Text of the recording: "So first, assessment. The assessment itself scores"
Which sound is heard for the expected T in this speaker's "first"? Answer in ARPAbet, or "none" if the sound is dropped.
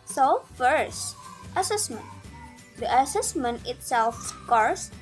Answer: T